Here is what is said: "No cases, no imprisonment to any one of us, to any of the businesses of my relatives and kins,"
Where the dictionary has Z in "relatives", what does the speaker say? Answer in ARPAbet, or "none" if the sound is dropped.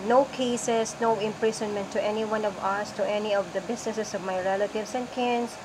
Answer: S